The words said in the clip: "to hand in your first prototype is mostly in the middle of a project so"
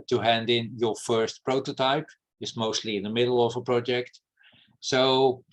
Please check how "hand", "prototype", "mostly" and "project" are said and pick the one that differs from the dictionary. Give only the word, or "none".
none